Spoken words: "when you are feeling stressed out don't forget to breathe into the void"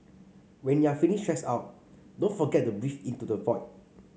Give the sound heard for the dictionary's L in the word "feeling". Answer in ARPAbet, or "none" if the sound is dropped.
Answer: N